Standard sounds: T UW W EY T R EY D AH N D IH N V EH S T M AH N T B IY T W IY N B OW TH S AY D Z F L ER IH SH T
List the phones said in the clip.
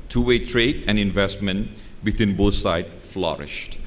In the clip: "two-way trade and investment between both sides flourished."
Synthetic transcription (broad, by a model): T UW W EY T R EY D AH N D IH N V EH S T M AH N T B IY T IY N B OW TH S AY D F L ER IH SH T